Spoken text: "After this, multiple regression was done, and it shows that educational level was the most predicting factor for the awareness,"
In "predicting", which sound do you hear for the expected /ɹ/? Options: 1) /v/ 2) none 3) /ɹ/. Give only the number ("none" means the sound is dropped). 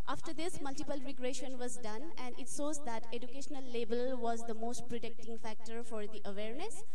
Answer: 3